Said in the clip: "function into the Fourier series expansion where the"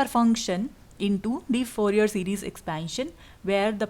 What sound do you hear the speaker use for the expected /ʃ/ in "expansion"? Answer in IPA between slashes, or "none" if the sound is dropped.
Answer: /ʃ/